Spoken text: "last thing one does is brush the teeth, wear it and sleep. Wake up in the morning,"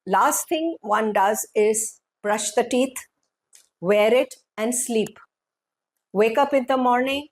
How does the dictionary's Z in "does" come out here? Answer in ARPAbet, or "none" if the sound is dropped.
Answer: Z